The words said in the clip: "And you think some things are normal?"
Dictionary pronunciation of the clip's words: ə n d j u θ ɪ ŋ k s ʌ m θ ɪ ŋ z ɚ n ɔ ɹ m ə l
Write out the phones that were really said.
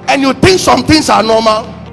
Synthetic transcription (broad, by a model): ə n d j u t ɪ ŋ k s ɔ m t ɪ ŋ s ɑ n ɔ m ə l